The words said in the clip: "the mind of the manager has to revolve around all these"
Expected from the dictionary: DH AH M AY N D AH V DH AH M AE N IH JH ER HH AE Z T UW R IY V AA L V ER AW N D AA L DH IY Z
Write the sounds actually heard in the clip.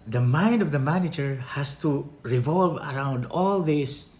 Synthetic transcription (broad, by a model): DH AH M AY N D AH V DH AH M AE N IH JH ER HH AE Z T UW R IY V AA L V ER AW N D AA L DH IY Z